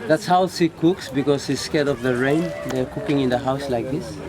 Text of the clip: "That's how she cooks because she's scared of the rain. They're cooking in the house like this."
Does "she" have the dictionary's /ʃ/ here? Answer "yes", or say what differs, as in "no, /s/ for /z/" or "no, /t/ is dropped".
no, /s/ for /ʃ/